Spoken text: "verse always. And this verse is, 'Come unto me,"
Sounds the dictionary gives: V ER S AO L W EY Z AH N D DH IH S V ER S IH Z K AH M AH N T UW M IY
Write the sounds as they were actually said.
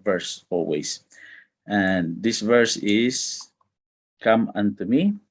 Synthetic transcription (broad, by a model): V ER S AO L W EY S AH N D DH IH S V ER S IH S K AH M AH N T UW M IY